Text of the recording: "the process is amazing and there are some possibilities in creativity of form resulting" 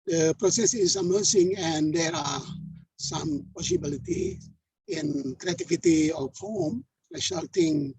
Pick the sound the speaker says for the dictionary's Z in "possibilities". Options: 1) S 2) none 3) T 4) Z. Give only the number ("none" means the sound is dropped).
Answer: 2